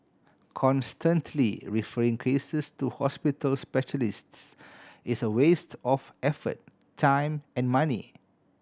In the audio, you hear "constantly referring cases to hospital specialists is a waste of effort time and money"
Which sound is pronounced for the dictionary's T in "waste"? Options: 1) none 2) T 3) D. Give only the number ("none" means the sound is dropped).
2